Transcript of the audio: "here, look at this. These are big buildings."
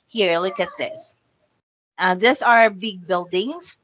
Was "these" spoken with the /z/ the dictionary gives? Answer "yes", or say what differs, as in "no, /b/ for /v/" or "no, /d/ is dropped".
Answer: no, /s/ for /z/